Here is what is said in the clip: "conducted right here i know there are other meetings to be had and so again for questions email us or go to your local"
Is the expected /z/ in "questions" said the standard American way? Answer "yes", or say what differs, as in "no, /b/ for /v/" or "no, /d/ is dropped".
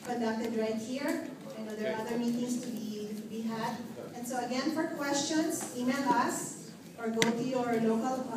no, /s/ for /z/